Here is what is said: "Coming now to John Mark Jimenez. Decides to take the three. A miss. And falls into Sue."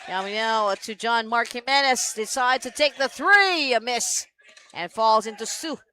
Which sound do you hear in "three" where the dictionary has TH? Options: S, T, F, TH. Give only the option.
TH